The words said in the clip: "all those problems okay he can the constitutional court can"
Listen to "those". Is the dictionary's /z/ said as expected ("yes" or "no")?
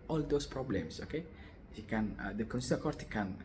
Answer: no